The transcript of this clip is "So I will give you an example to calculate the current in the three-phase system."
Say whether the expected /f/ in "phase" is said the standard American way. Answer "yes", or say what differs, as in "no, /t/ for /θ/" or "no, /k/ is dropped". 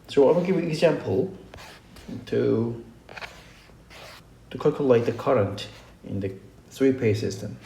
no, /p/ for /f/